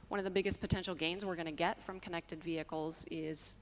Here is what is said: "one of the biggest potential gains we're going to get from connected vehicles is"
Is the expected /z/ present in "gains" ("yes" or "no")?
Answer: yes